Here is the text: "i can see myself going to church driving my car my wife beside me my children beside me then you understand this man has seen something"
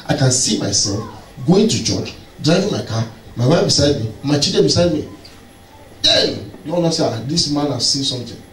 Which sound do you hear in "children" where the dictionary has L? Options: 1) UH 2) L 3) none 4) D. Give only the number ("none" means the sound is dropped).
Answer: 3